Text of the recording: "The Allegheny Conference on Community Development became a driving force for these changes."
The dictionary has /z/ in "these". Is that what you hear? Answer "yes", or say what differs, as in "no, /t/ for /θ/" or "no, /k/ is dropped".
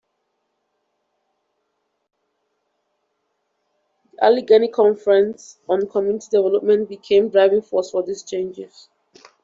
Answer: no, /s/ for /z/